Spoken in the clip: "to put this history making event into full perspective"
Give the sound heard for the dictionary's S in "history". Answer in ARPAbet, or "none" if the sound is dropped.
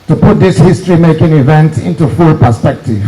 S